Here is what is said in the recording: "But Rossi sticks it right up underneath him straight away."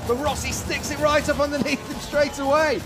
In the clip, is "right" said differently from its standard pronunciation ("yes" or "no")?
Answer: no